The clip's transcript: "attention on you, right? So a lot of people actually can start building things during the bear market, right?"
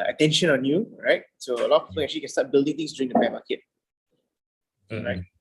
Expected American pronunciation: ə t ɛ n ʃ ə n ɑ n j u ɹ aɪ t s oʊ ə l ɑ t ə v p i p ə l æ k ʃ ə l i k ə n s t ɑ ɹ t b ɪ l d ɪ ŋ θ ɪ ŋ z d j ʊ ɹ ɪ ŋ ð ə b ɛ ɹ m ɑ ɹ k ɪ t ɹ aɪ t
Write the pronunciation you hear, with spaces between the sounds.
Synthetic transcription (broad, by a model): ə t ɛ n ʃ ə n ɑ n j u ɹ aɪ t s oʊ ə l ɑ t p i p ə n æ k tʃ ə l i k ə n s t ɑ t b ɪ l d ɪ ŋ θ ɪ ŋ s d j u ɹ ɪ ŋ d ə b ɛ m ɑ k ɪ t ɹ aɪ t